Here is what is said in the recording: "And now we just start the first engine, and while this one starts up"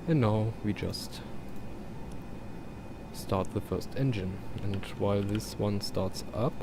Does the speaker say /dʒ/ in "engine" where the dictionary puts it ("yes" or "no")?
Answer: yes